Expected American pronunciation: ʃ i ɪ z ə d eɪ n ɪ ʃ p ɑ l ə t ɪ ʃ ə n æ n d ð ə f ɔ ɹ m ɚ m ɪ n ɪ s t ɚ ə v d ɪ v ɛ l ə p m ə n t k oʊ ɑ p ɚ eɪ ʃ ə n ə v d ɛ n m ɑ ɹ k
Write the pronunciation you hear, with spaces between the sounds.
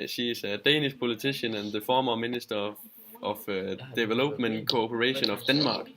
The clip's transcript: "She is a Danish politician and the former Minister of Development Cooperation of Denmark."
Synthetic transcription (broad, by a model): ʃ i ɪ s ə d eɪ n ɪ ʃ p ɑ l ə s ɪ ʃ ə n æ n ð ə f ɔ m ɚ m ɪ n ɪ s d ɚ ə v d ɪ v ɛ l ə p m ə n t k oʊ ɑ p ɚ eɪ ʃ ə n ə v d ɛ n m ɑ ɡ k